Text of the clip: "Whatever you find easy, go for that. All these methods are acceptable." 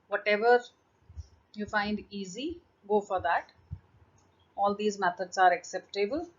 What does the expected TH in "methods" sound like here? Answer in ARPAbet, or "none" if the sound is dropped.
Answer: T